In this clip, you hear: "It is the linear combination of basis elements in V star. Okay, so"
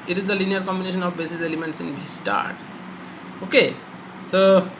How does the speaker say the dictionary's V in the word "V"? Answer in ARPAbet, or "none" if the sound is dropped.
B